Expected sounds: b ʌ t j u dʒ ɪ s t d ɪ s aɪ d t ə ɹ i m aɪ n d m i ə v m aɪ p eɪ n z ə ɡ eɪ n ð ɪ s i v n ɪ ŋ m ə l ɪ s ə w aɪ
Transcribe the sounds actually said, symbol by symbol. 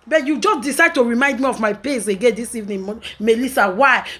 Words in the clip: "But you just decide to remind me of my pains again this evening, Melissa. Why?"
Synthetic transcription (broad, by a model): b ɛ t j u dʒ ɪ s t d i s aɪ d t ə ɹ i m aɪ n d m i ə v m aɪ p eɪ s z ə ɡ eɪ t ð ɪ s i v n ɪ m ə l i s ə w aɪ